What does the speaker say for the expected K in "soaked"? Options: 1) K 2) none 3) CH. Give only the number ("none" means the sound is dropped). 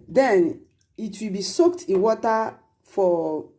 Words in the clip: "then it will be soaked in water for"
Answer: 1